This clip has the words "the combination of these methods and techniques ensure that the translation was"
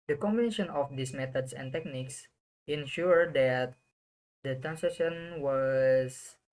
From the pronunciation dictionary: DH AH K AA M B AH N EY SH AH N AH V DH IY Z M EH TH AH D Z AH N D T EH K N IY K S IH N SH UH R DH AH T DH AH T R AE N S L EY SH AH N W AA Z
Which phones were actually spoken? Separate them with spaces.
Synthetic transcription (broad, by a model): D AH K AA M B AH N EY SH AH N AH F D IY S M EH T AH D S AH N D T EH K N IY K S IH N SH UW R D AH T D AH T R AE N S EY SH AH N W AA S